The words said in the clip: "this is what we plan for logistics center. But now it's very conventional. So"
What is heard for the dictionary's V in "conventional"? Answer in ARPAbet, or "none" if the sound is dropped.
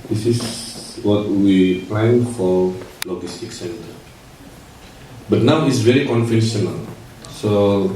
F